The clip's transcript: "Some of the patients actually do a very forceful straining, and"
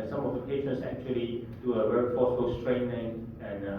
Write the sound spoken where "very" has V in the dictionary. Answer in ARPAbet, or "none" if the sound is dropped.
W